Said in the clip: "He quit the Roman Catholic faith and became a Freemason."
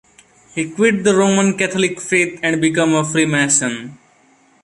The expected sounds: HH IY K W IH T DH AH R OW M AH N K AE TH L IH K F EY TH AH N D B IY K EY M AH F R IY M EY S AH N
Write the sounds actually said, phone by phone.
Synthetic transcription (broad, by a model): HH IY K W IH T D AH R OW M AH N K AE T L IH K F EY T AH N D B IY K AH M AH F R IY M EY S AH N